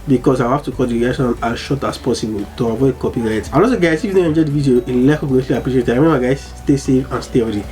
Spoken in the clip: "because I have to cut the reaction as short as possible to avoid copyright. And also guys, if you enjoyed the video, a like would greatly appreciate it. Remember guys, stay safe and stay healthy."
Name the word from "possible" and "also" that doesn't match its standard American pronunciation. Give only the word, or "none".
also